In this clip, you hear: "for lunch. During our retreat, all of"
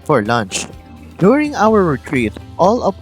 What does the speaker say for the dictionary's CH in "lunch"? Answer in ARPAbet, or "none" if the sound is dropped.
CH